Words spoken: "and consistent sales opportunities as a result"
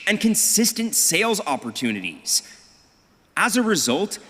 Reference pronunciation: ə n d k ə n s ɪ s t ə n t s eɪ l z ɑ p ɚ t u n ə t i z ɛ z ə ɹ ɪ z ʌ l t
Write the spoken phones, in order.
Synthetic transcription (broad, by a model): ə n k ə n s ɪ s t ə n t s eɪ l z ɑ p ɚ t u n ə t i z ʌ z ə ɹ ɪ z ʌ l t